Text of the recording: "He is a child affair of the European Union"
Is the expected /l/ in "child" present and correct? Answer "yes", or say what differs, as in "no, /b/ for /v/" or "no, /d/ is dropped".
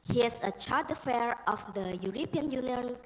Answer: no, /l/ is dropped